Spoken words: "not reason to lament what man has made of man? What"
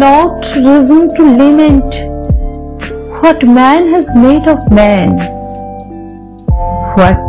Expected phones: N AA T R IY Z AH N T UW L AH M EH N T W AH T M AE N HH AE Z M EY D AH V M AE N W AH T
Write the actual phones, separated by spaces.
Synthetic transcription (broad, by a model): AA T R IY Z AH N T UW L AH M EH N T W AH T M AE N HH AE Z M EY D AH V M AE N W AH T